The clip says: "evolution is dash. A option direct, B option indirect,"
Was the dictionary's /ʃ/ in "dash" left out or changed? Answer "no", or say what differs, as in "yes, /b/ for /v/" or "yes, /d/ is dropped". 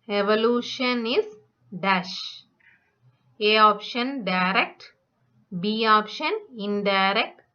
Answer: no